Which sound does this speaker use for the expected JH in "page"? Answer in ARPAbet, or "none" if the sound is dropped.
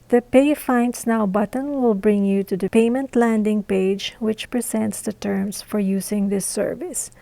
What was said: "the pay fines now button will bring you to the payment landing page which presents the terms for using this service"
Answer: JH